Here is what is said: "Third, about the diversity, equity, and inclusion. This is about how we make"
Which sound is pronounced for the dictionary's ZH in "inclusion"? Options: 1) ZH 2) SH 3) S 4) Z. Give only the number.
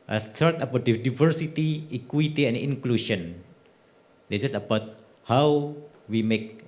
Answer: 2